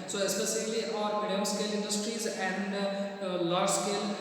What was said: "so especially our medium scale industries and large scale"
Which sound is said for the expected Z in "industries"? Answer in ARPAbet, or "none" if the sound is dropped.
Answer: Z